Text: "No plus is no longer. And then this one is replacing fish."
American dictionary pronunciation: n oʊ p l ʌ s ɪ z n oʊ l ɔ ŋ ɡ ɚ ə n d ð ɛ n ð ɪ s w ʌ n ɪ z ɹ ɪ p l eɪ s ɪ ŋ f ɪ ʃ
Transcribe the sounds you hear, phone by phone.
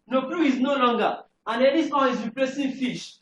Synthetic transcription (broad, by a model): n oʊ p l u ɪ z n oʊ l ɔ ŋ ɡ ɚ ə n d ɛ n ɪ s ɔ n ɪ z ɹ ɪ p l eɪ s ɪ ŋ f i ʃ